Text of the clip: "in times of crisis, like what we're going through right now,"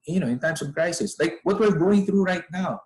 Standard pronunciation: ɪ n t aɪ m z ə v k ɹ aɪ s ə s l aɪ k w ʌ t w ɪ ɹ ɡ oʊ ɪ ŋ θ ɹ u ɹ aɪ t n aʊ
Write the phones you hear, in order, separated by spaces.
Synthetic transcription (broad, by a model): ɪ n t aɪ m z ə v k ɹ aɪ s ə s l aɪ k w ʌ t w ɪ ɹ ɡ oʊ ɪ ŋ θ ɹ u ɹ aɪ t n aʊ